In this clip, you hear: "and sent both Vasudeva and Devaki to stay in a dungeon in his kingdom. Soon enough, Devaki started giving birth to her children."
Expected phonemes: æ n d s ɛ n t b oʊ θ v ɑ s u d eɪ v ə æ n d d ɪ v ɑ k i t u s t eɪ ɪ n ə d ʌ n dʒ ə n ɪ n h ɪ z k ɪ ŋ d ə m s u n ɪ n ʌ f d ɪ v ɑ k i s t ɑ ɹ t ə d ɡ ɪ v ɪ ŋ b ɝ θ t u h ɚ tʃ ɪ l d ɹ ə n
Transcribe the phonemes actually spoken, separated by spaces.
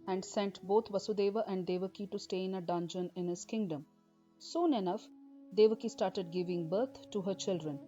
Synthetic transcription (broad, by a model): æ n d s ɛ n t b oʊ t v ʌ s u d eɪ v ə æ n d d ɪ v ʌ k i t u s t eɪ ɪ n ə d ʌ n dʒ ə n ɪ n h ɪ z k ɪ ŋ d ə m s u n ɪ n ʌ f d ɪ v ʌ k i s t ɑ ɹ t ə d ɡ ɪ v ɪ ŋ b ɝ t t u h ɚ tʃ ɪ l d ɹ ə n